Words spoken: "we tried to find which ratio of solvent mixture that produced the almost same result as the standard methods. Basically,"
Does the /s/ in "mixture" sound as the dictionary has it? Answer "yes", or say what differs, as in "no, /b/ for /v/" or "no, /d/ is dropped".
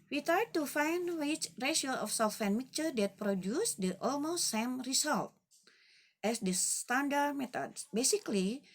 no, /s/ is dropped